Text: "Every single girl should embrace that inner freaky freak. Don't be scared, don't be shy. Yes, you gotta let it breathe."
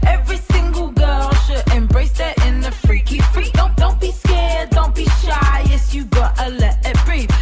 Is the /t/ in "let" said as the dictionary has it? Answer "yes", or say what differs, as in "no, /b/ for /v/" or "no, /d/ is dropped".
no, /t/ is dropped